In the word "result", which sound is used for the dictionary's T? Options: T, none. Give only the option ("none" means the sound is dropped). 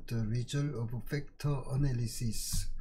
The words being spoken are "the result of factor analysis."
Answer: none